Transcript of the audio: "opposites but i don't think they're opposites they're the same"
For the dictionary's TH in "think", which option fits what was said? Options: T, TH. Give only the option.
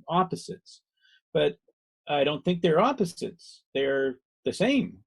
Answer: TH